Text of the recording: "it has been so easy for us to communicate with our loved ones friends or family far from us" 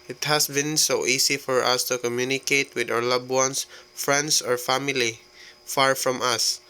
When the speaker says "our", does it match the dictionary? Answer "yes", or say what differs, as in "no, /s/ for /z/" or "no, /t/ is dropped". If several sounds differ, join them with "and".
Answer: no, /w/ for /ɹ/